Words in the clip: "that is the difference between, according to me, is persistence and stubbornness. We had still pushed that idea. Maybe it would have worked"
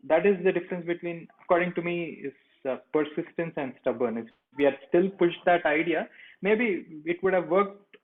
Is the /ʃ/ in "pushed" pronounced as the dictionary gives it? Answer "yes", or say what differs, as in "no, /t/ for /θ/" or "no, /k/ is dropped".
yes